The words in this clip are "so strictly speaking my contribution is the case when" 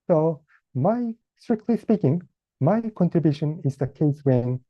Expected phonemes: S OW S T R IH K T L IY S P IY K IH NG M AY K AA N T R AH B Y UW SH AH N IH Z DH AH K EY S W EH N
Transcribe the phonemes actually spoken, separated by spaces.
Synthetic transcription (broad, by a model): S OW S T R IH K T L IY S P IY K IH NG M AY K AA N T R AH B Y UW SH AH N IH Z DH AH K EY S W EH N